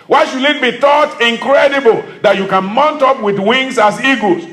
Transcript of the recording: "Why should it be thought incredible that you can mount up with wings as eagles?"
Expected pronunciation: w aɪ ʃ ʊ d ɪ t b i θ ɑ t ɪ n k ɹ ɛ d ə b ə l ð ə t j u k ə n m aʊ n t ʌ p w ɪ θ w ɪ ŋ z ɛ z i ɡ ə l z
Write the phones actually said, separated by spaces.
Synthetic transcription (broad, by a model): w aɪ ʃ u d ɪ t b i t ɑ t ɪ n k ɹ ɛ d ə b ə l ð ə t j u k ə n m aʊ n t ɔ p w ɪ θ w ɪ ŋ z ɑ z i ɡ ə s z